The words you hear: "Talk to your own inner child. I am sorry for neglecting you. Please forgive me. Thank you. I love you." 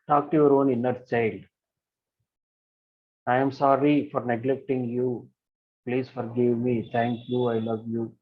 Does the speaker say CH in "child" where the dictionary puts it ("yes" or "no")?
yes